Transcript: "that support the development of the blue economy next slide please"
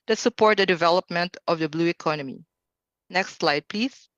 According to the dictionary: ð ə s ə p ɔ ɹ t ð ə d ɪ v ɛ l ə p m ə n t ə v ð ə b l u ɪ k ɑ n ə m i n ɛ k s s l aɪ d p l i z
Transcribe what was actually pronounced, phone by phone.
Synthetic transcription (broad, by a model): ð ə s ə p ɔ ɹ t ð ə d ɪ v ɛ l ə p m ə n t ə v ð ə b l u ɪ k ɑ n ə m i n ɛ k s s l aɪ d p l i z